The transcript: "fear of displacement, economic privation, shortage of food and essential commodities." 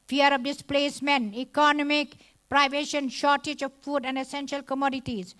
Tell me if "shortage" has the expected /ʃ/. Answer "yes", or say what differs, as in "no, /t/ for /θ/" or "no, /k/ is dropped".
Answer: yes